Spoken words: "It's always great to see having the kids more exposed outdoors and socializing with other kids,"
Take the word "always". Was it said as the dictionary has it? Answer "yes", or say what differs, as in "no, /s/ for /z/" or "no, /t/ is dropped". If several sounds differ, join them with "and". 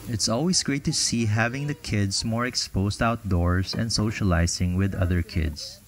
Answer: no, /s/ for /z/